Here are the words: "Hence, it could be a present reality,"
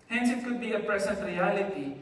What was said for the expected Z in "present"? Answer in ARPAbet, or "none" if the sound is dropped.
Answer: S